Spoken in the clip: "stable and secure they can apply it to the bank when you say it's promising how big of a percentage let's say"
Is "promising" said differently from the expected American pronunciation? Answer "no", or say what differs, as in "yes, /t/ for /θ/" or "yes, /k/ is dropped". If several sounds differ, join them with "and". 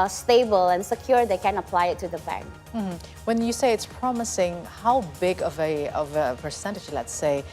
no